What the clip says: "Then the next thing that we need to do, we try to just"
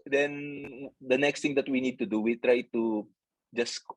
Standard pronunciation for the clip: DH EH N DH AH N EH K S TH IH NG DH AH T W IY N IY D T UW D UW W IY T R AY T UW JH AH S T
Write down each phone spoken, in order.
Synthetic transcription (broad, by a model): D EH N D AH N EH K S T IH NG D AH T W IY N IY D T UW D UW W IY T R AY T UW JH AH S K